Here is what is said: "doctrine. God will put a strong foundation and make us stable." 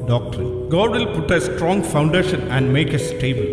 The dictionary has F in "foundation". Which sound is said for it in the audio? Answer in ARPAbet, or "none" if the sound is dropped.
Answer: F